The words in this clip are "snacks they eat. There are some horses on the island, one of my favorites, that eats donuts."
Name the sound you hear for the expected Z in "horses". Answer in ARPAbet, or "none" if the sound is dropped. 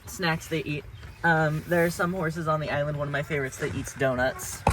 Z